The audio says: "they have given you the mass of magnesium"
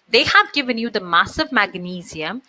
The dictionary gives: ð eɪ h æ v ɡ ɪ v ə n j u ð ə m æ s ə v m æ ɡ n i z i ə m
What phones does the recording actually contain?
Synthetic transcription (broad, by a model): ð eɪ h æ v ɡ ɪ v ə n j u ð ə m æ s ə v m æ ɡ n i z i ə m